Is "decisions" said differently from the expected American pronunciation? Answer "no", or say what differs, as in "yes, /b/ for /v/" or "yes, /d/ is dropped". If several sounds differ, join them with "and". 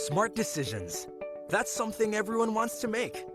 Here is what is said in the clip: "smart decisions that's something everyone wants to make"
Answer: no